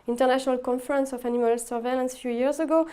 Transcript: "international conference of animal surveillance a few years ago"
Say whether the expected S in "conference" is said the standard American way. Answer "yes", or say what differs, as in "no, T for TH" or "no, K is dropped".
yes